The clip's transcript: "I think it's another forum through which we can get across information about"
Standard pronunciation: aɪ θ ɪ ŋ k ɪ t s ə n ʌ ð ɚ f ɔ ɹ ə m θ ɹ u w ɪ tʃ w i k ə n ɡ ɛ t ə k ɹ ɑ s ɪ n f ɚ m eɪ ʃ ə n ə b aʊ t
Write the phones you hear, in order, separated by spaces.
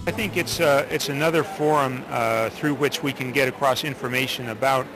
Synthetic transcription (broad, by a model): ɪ θ ɪ ŋ k ɪ t s ə n ʌ ð ɚ f ɔ ɹ ə m θ ɹ u w ɪ tʃ w i k ə n ɡ ɛ t ə k ɹ ɑ s ɪ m f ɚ m eɪ ʃ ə n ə b aʊ t